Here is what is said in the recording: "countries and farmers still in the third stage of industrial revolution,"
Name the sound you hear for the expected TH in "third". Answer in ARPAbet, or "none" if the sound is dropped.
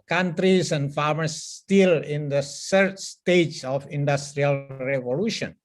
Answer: S